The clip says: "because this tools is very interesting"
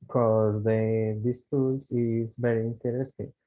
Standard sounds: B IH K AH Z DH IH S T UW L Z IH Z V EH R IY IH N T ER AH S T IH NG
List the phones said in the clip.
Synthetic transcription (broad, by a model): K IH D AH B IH S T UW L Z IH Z B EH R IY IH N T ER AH S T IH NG